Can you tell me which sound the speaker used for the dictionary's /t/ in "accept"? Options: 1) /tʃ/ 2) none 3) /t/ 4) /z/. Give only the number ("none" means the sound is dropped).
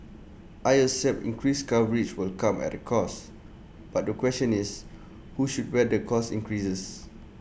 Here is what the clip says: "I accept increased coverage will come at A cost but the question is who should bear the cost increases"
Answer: 2